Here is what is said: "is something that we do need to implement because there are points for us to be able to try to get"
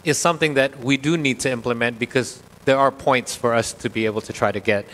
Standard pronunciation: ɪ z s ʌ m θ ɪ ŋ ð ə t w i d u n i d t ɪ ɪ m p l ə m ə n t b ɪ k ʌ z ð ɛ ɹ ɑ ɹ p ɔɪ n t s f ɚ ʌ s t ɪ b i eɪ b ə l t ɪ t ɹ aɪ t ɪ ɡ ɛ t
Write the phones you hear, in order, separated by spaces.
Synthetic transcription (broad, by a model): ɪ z s ʌ m θ ɪ ŋ ð ə t w i d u n i d t ɪ ɪ m p l ə m ə n t b ɪ k ʌ z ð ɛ ɹ ɑ ɹ p ɔɪ n t s f ɚ ʌ s t ɪ b i eɪ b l t ɪ t ɹ aɪ t ɪ ɡ ɛ t